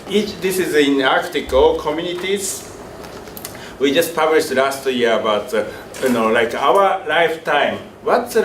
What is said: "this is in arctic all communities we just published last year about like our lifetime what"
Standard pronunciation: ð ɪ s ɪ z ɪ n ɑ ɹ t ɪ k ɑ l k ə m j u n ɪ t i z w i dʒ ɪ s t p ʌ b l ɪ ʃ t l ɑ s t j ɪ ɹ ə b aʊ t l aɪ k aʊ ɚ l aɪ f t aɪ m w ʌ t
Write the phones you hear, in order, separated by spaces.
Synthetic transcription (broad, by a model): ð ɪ s ɪ z ɪ n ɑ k t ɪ k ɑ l k ə m j u n ɪ t i z w i dʒ ɪ s t p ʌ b l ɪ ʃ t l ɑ s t j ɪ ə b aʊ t l aɪ k aʊ ɚ l aɪ f t aɪ m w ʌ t